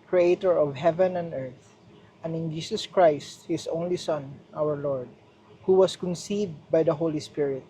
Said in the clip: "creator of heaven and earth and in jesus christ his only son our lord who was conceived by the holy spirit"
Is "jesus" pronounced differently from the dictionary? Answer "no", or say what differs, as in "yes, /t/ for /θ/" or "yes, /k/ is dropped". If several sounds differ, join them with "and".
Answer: yes, /s/ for /z/